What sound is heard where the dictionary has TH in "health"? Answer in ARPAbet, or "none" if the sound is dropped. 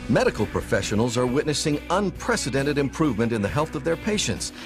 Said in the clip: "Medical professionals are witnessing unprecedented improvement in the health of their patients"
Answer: TH